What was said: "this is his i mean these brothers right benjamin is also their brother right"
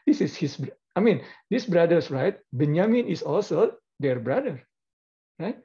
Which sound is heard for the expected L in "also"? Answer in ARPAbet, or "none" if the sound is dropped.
L